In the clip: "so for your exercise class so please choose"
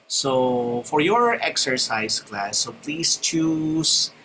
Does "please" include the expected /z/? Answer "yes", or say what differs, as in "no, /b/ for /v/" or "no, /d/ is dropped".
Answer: no, /s/ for /z/